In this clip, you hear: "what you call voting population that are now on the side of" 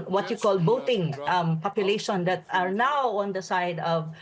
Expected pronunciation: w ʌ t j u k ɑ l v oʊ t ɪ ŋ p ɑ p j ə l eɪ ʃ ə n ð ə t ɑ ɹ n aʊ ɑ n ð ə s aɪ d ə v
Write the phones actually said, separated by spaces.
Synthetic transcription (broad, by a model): w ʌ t j u k ɑ l b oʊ t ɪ ŋ p ɑ p j ə l eɪ ʃ ə n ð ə t ɑ ɹ n aʊ ɑ n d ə s aɪ d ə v